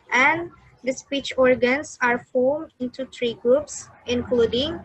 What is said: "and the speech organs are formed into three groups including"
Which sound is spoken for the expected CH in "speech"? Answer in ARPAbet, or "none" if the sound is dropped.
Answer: CH